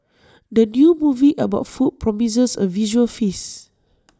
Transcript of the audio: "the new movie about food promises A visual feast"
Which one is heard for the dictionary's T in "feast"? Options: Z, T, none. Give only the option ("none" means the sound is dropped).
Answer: none